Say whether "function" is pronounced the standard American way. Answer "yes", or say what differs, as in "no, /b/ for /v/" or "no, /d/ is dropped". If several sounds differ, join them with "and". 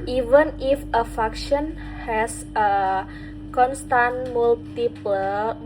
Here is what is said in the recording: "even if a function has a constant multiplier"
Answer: no, /ŋ/ is dropped